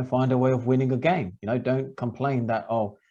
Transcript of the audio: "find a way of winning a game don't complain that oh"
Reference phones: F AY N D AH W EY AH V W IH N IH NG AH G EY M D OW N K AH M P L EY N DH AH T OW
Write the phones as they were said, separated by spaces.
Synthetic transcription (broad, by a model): F AY N D AH W EY AH V W IH N IH NG AH G EY M D OW N K AH M P L EY N DH AH T OW